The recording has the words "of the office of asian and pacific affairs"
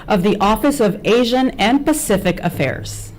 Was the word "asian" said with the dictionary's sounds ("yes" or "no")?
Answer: yes